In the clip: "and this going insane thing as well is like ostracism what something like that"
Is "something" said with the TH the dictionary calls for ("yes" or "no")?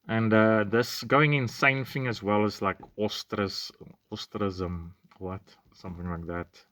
yes